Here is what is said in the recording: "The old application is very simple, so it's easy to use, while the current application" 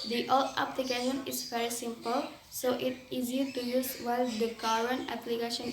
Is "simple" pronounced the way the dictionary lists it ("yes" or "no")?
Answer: yes